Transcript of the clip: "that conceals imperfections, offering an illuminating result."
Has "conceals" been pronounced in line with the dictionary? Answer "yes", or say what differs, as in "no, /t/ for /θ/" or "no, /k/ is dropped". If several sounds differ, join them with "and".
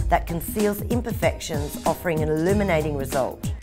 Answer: yes